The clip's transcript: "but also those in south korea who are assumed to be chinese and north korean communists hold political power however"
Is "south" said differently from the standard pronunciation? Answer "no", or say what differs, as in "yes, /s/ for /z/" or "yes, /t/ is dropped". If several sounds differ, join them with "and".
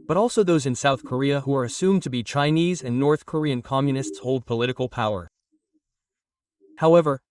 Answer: no